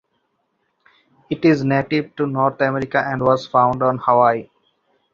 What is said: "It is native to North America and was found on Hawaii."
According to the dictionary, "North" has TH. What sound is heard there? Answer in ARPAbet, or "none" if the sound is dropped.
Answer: T